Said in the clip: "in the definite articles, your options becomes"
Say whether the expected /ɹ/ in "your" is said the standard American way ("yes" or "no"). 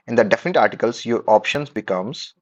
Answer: yes